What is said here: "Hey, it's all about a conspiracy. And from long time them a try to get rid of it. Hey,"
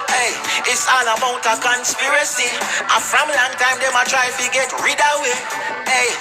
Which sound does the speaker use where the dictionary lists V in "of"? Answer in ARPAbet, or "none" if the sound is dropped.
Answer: W